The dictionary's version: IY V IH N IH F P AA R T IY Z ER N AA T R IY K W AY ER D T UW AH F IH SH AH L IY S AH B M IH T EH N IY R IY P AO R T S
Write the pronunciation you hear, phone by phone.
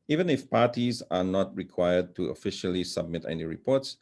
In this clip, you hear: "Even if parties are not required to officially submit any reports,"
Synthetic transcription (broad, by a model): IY V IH N IH F P AA R T IY Z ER N AA T R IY K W AY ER D T UW AH F IH SH AH L IY S AH B M IH T EH N IY R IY P AO R T S